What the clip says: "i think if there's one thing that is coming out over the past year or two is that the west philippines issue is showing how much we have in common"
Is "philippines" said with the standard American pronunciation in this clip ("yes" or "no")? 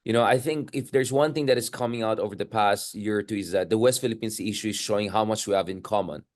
no